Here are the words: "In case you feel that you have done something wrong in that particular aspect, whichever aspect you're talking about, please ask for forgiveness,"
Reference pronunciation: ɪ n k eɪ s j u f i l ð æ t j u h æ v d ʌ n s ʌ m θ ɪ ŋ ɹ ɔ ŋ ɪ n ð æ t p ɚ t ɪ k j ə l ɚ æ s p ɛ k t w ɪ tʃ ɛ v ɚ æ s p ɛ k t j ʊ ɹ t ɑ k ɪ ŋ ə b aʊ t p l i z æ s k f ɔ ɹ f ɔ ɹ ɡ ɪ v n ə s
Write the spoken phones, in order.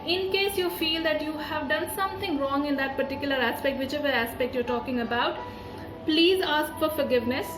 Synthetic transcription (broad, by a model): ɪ n k eɪ s j u f i l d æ t j u h æ v d ʌ n s ʌ m t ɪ ŋ ɹ ɔ ŋ ɪ n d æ t p ɚ t ɪ k j ə l ɚ æ s p ɛ k t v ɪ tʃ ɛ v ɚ æ s p ɛ k t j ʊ ɹ t ɑ k ɪ ŋ ə b aʊ t p l i z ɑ s k f ɔ ɹ f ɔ ɹ ɡ ɪ v n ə s